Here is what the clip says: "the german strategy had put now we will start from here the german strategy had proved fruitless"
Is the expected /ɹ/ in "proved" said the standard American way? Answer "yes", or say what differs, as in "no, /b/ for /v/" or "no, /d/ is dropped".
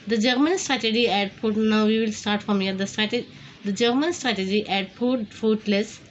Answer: no, /ɹ/ is dropped